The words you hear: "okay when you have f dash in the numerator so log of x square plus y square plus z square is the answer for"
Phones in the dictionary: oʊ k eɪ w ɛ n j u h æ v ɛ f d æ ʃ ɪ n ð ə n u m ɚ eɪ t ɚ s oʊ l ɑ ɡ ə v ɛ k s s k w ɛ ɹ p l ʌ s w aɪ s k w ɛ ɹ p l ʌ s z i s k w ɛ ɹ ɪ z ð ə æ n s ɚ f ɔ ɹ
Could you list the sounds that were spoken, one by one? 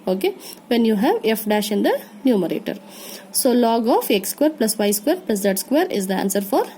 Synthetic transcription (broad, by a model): oʊ k eɪ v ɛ n j u h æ v ɛ f d æ ʃ ɪ n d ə n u m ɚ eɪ t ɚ s oʊ l ɑ ɡ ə f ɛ k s s k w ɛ ɹ p l ʌ s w aɪ s k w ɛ ɹ p l ʌ s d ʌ s k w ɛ ɹ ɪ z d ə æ n s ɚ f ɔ ɹ